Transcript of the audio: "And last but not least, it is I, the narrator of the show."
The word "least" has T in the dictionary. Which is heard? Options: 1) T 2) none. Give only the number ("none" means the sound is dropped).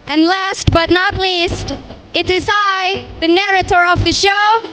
1